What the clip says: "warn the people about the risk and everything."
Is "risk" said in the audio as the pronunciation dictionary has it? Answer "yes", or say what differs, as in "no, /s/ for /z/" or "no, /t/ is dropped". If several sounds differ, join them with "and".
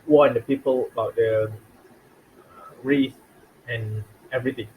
no, /k/ is dropped